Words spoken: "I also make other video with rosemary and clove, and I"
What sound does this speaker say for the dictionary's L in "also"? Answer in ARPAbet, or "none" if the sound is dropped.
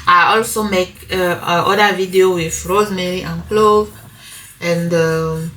L